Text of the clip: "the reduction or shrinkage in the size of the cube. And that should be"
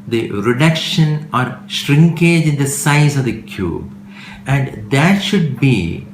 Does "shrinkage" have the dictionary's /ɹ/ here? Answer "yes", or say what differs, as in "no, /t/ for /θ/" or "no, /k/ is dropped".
yes